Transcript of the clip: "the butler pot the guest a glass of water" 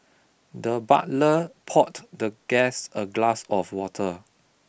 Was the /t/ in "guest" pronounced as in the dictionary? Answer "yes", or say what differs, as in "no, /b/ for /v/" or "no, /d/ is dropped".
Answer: no, /t/ is dropped